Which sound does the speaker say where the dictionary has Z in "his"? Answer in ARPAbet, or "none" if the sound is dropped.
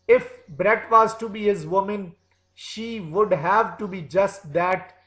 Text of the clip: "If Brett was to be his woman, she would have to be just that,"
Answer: Z